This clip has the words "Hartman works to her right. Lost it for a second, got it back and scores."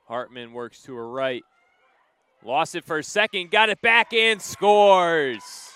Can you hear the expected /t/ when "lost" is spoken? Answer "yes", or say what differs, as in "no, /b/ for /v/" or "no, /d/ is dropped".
no, /t/ is dropped